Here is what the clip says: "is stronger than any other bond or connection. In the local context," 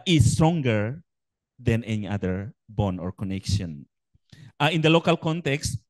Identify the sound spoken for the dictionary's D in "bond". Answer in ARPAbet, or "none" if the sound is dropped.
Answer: none